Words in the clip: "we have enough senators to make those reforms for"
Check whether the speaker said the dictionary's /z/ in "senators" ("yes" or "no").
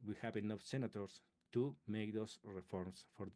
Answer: no